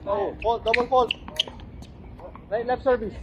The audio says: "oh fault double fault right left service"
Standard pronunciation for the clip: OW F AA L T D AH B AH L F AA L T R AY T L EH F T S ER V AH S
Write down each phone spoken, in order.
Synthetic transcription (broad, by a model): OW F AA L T D AH B AH L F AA L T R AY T L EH T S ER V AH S